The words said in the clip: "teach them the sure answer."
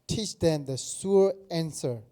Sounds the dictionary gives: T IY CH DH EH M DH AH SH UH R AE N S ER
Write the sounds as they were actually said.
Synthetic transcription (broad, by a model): T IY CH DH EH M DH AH S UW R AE N S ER